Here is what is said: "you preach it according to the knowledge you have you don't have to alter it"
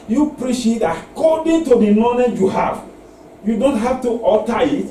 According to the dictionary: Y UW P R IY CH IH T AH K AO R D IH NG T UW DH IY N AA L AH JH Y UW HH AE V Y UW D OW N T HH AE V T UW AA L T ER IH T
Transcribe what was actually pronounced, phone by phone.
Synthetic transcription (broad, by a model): Y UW P R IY SH IH T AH K AO D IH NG T UW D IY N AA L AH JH Y UW HH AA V Y UW D OW N T HH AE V T UW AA T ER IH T